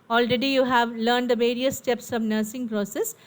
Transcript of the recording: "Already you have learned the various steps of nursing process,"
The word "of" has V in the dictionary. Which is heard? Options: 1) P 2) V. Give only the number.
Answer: 2